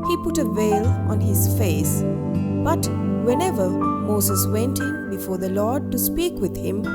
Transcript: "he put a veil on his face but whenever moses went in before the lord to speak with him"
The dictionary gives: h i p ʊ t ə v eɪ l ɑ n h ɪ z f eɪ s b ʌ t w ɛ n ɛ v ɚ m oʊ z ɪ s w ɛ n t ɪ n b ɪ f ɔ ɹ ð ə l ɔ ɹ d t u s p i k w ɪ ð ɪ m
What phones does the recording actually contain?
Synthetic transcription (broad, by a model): h i p ʊ t ə v eɪ l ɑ n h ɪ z f eɪ s b ʌ t w ɛ n ɛ v ɚ m oʊ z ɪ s w ɛ n t ɪ n b ɪ f ɔ ɹ ð ə l ɔ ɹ d t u s p i k w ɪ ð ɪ m